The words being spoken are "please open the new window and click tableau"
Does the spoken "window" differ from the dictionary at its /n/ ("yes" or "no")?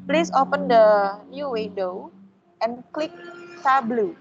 yes